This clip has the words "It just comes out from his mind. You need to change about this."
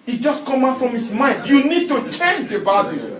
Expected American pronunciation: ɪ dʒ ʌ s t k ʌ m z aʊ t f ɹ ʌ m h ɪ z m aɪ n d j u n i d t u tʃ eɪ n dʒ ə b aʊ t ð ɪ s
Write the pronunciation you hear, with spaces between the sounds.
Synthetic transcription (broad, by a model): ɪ dʒ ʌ s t k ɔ m aʊ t f ɹ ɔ m h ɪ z m aɪ n d j u n i d t u tʃ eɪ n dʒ ə b aʊ t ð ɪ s